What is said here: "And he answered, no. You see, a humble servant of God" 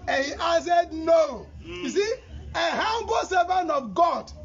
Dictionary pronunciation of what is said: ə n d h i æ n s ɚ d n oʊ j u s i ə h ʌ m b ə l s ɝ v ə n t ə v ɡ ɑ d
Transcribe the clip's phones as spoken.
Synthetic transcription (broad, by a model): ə n h i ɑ s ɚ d n oʊ j u s i ə h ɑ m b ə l s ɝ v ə n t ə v ɡ ɑ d